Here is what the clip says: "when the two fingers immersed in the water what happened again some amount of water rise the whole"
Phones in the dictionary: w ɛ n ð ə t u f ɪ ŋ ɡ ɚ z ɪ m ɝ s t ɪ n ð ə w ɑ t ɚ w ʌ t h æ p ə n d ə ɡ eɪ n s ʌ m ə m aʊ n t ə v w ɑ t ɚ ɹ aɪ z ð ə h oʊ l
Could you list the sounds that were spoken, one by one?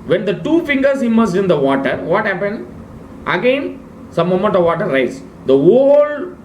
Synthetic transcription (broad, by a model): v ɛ n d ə t u f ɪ ŋ ɡ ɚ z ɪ m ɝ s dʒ ɪ n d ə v ɑ t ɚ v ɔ t h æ p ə n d ə ɡ eɪ n s ʌ m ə m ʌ n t ə v ɑ t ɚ ɹ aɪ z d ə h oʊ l